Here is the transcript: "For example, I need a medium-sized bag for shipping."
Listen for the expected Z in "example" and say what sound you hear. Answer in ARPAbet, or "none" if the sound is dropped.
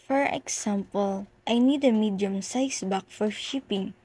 S